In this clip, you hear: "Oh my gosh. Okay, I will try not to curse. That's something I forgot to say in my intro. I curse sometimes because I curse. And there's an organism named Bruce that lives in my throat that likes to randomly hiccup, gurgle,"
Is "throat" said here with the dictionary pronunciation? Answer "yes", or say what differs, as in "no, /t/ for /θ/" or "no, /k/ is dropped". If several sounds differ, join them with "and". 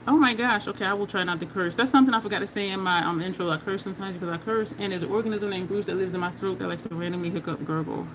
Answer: yes